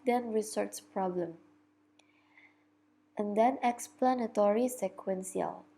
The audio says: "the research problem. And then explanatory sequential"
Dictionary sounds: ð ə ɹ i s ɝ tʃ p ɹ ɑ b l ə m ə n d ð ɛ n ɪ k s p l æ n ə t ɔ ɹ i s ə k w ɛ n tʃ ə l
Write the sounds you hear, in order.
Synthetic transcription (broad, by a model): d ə ɹ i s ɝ s p ɹ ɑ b l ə m ə n d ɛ n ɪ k s p l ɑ n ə t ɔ ɹ i s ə k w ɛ n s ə l